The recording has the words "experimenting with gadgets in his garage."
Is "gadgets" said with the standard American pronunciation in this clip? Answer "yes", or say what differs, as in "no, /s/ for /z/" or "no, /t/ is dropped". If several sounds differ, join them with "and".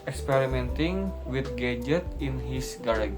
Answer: no, /s/ is dropped